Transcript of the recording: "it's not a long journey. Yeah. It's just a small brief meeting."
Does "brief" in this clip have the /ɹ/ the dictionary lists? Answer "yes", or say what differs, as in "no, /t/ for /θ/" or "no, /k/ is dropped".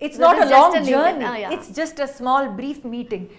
yes